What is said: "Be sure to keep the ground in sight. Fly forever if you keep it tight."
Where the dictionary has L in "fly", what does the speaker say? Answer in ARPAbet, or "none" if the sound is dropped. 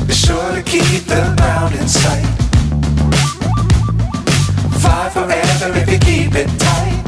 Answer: none